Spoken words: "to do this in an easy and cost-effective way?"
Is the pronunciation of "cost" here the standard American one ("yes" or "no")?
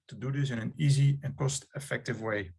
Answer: yes